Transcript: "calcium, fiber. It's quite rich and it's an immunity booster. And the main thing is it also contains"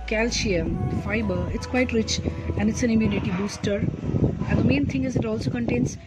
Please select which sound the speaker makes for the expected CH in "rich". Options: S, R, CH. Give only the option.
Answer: CH